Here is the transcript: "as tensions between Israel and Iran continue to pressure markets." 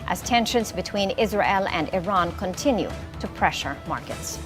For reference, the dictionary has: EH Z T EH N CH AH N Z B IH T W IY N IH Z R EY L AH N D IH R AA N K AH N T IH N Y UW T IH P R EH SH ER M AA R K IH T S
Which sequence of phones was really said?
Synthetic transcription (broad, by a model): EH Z T EH N SH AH N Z B IH T W IY N IH Z R EY L AH N D IH R AA N K AH N T IH N Y UW T IH P R EH SH ER M AA R K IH T S